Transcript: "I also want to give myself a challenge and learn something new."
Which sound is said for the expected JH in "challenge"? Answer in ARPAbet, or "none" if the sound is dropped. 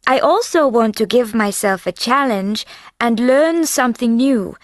JH